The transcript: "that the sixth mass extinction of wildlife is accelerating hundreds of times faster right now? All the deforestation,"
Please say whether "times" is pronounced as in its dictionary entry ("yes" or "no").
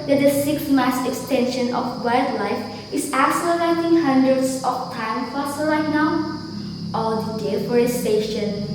no